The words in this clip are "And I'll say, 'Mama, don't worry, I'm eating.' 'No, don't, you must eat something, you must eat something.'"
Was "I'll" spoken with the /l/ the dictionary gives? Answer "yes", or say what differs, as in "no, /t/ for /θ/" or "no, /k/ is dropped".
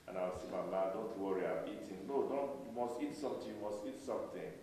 no, /w/ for /l/